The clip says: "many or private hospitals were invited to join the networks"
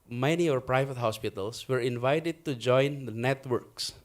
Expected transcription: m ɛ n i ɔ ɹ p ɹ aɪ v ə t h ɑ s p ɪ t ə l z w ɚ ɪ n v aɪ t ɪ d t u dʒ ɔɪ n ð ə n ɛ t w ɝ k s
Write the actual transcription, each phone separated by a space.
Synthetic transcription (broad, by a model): m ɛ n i ɔ ɹ p ɹ aɪ v ə t h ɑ s p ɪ t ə l s w ɚ ɪ n v aɪ t ɪ d t u dʒ ɔɪ n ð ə n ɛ t w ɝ k s